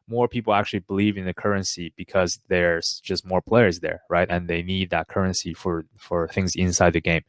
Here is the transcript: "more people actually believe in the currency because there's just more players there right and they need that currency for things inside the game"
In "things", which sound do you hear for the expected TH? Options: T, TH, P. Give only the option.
TH